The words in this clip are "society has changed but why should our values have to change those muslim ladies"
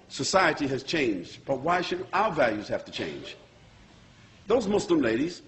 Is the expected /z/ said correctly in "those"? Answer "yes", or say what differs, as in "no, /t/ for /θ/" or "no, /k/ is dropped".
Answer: yes